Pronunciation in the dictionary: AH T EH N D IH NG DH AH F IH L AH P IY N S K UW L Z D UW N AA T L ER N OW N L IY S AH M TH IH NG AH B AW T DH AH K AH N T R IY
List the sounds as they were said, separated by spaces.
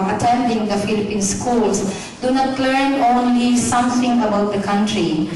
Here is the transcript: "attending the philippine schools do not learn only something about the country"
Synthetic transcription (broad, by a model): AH T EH N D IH NG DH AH F IH L AH P IY N S K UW L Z D UW N AA T L ER N OW N L IY S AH M T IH NG AH B AW T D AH K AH N T R IY